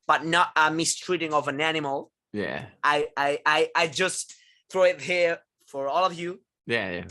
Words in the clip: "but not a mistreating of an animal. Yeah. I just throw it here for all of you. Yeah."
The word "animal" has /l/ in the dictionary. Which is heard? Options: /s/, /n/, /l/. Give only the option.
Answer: /l/